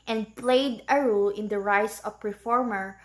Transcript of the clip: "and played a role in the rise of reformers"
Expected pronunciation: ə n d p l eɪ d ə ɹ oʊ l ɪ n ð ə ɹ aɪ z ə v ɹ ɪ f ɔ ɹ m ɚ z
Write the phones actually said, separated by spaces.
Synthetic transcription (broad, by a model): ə n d p l eɪ d ə ɹ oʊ l ɪ n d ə ɹ aɪ s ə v ɹ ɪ f ɔ ɹ m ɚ